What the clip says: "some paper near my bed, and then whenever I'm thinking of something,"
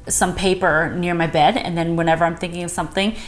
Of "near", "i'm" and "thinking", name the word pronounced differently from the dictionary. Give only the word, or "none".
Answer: none